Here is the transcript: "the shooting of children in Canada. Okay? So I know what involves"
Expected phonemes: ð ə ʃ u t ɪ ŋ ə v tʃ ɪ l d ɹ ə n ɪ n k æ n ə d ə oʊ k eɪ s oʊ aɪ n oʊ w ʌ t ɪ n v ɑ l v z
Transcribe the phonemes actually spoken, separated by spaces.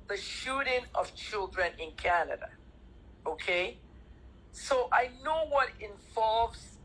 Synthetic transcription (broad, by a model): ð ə ʃ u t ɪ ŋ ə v tʃ ɪ l d ɹ ə n ɪ n k æ n ə d ə oʊ k eɪ s oʊ aɪ n oʊ w ʌ t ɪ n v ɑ l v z